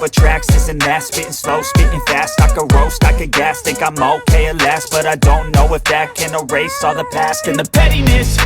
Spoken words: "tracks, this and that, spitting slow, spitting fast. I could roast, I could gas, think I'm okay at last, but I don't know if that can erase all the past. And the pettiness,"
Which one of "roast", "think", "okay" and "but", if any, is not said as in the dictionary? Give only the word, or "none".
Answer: think